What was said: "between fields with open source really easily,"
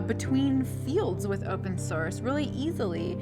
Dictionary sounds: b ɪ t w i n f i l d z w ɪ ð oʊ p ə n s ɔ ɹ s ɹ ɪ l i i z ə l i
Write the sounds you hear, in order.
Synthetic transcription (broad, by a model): b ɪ t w i n f i l d z w ɪ ð oʊ p ə n s ɔ ɹ s ɹ ɪ l i i z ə l i